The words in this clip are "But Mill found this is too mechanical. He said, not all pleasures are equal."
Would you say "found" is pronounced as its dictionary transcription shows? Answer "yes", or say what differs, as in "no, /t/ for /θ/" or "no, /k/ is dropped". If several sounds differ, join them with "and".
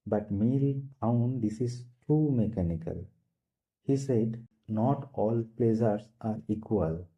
no, /p/ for /f/